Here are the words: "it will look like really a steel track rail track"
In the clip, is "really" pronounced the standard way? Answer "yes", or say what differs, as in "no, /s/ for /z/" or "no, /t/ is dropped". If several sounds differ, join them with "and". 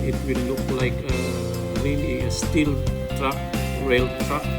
no, /n/ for /l/